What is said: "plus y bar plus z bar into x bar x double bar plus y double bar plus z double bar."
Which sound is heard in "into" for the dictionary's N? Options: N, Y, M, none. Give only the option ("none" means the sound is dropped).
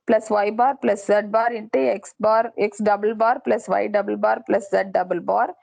N